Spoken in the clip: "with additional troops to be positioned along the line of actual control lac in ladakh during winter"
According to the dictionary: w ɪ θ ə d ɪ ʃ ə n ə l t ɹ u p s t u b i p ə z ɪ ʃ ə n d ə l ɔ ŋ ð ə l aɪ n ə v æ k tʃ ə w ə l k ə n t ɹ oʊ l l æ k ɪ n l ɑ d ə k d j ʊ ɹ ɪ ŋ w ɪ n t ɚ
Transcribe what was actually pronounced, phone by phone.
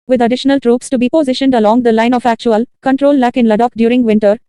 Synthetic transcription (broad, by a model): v ɪ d ə d ɪ ʃ ə n ə l t ɹ u p s t u b i p ə z ɪ ʃ ə n d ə l ɔ ŋ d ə l aɪ n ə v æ k tʃ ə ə l k ə n t ɹ oʊ l l æ k ɪ n l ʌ d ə k d j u ɹ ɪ ŋ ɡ ɪ n t ɚ